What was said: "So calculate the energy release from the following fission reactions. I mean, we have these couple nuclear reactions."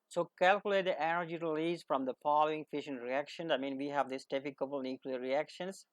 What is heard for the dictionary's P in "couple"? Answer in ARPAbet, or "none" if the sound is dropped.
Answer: B